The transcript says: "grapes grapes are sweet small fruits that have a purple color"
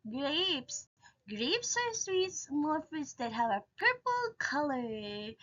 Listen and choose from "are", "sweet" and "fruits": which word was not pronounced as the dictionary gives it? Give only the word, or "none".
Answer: fruits